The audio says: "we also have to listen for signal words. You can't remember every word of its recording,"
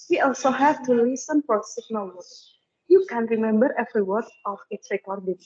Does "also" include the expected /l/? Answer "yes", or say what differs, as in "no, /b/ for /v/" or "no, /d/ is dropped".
yes